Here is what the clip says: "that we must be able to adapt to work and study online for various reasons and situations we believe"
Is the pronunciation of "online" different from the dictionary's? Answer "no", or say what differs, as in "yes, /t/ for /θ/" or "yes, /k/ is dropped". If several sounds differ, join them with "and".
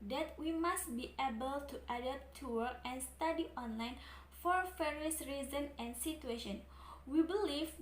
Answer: no